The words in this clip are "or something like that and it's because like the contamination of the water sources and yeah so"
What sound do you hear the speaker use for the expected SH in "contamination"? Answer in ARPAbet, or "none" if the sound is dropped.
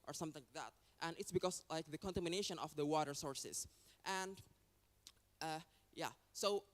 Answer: SH